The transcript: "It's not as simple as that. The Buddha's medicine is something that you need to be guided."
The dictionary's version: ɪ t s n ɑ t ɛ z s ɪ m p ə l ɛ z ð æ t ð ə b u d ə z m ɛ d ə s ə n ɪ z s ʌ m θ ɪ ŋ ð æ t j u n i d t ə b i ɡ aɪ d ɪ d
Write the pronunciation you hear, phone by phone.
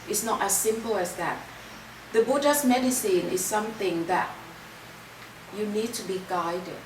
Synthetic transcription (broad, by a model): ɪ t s n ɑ t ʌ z s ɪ m p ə l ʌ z ð æ t ð ə b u d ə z m ɛ d ə s ə n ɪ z s ʌ m θ ɪ ŋ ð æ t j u n i d t ə b i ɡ aɪ d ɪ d